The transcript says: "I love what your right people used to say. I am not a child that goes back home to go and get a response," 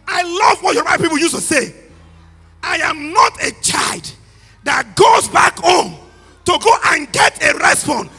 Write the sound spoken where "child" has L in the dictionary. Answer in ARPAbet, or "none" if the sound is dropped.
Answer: L